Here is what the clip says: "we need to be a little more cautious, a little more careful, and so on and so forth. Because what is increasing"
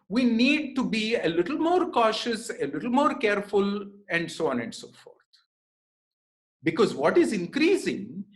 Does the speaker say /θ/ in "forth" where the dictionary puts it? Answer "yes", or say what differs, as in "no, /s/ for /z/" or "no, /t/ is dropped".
no, /t/ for /θ/